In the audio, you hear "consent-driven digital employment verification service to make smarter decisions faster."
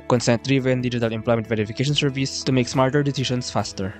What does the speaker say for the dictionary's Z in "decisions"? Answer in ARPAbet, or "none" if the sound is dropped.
S